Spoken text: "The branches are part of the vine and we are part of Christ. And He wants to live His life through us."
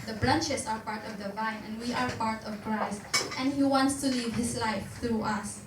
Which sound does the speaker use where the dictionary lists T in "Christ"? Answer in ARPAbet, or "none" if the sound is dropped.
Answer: T